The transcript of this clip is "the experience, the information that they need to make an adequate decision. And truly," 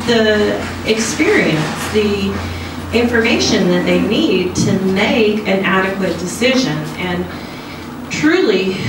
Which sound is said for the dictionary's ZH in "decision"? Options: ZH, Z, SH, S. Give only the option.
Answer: ZH